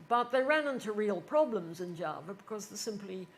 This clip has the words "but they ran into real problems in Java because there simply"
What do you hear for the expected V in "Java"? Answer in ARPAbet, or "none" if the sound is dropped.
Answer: V